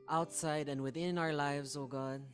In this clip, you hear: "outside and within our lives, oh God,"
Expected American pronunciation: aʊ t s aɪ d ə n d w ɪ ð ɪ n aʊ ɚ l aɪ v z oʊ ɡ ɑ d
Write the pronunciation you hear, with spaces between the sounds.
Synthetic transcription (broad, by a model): aʊ t s aɪ d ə n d w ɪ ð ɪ n aʊ ɚ l aɪ v z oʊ ɡ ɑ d